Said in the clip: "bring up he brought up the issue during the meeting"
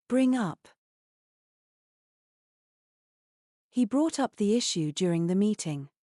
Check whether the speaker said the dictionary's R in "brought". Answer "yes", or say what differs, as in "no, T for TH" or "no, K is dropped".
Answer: yes